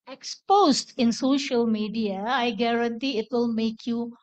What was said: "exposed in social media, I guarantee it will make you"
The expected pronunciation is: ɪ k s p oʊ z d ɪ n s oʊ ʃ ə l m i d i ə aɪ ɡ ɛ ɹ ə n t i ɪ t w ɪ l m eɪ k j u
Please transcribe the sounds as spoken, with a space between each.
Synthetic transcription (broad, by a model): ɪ k s p oʊ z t ɪ n s oʊ ʃ ə l m i d i ə aɪ ɡ ɛ ɹ ə n t i ɪ t w ɪ l m eɪ k j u